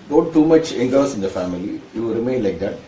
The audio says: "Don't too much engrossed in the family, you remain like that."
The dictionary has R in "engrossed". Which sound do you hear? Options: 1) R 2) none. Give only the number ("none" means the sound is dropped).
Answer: 2